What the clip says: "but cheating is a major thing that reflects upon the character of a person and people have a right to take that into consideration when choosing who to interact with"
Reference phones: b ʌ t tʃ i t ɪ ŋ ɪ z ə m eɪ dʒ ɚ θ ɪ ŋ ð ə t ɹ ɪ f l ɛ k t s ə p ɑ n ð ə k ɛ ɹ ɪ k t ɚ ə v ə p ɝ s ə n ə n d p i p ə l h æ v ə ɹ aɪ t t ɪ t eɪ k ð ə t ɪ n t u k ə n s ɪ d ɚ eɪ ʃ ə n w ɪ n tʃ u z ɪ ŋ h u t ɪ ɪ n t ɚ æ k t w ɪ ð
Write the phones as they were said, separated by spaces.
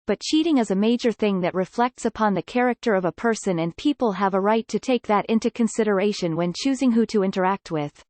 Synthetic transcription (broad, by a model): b ʌ t tʃ i t ɪ ŋ ɪ z ə m eɪ dʒ ɚ θ ɪ ŋ ð ə t ɹ ɪ f l ɛ k t s ə p ɑ n ð ə k ɛ ɹ ɪ k t ɚ ə v ə p ɝ s ə n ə n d p i p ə l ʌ v ə ɹ aɪ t t ɪ t eɪ k ð ə t ɪ n t u k ə n s ɪ d ɚ eɪ ʃ ə n w ɪ n tʃ u z ɪ ŋ h u t ɪ ɪ n t ɚ æ k t w ɪ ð